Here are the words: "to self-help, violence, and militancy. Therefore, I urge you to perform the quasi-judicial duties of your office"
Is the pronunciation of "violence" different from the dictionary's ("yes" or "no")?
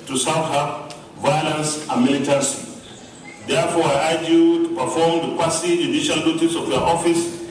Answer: no